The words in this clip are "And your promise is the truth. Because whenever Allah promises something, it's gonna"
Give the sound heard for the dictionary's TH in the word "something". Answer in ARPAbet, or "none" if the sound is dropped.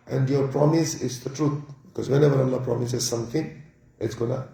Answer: T